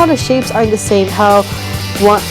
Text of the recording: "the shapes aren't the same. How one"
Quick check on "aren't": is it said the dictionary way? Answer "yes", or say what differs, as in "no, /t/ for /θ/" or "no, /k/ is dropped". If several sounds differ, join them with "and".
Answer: no, /ɹ/ is dropped